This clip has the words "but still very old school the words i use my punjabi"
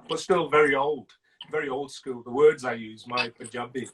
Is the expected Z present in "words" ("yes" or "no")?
yes